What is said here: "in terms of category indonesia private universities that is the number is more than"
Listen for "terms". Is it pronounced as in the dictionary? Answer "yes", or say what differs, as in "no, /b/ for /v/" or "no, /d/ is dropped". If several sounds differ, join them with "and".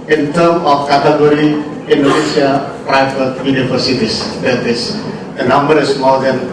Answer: no, /z/ is dropped